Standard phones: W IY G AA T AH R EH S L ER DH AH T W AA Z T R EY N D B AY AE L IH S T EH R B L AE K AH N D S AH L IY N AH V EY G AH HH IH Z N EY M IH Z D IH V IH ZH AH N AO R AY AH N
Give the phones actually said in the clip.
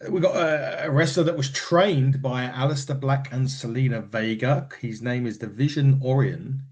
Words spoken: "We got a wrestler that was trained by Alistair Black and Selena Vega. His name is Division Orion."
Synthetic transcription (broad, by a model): W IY G AA T AH R EH S L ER DH AH T W AA Z T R EY N B AY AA L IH S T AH B L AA K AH N S AH L IY N AH V EY G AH HH IH Z N EY M IH Z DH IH V IH ZH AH N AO R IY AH N